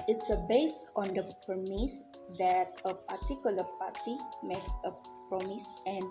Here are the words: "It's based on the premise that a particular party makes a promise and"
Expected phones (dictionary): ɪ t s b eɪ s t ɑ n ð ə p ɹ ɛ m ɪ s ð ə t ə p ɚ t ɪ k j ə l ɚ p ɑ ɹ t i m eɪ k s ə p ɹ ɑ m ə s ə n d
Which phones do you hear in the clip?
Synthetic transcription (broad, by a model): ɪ t s b eɪ s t ɑ n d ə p ʌ m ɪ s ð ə t ə p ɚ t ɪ k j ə l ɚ p ɑ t i m eɪ k s ə p ɹ ɑ m ə s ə n